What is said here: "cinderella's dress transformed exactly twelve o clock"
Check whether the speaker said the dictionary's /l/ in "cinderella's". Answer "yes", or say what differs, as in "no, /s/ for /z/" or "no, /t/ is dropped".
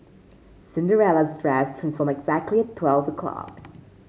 yes